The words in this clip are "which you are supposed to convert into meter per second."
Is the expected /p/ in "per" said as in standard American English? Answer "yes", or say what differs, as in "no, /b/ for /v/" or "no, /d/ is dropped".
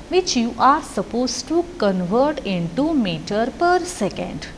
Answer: yes